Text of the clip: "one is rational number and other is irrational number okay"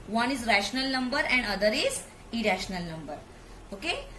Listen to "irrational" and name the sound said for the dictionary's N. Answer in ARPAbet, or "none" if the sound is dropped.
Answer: N